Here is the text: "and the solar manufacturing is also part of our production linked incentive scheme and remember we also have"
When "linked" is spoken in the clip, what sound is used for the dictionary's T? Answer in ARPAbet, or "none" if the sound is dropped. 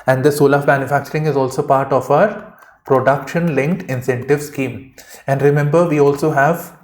T